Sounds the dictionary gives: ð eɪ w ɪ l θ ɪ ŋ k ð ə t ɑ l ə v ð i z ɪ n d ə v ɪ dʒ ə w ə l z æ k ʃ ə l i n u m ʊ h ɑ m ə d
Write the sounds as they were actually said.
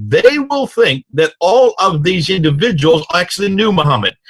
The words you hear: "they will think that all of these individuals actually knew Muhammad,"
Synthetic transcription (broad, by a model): ð eɪ w ɪ l θ ɪ ŋ k ð ə t ɑ l ə v ð i z ɪ n d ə v ɪ dʒ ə w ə l z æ k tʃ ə l i n u m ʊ h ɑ m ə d